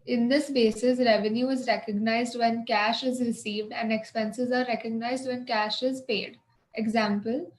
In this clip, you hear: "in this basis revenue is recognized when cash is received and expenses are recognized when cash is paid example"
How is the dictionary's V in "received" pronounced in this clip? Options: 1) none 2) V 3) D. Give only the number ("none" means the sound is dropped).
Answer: 2